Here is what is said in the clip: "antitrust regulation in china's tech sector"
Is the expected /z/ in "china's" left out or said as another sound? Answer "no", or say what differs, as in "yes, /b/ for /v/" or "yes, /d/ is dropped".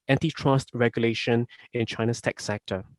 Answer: yes, /s/ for /z/